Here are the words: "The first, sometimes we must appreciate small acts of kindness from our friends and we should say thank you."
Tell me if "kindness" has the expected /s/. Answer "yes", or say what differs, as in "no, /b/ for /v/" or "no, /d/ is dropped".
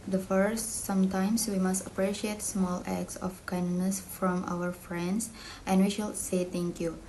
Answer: yes